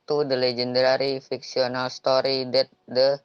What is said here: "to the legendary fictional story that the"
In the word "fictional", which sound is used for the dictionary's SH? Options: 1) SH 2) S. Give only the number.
2